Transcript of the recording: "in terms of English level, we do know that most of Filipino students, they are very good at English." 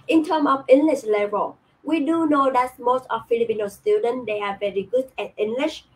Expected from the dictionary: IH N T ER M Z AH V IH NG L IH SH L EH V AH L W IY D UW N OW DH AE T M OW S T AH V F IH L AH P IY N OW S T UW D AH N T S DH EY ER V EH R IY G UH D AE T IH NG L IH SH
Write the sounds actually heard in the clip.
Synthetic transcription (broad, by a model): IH N T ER M AH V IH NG L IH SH L EH V AH L W IY D UW N OW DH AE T M OW S T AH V F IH L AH P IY N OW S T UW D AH N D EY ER V EH R IY G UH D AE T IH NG L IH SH